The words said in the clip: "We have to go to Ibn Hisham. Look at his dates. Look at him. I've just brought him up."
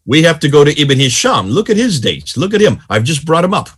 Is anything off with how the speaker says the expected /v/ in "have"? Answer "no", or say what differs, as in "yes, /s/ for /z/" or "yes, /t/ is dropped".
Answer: yes, /f/ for /v/